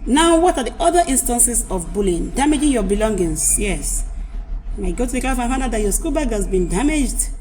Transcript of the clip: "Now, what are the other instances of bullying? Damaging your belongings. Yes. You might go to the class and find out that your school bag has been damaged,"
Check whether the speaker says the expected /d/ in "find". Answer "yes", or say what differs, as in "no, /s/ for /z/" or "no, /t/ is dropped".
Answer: no, /d/ is dropped